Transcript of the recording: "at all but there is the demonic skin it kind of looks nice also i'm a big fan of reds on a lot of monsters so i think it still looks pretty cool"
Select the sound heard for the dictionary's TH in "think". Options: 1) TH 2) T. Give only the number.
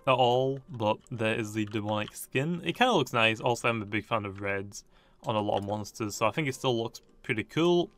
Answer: 1